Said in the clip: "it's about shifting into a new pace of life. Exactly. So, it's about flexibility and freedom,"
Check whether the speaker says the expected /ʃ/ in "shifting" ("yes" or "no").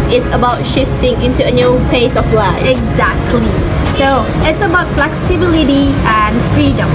yes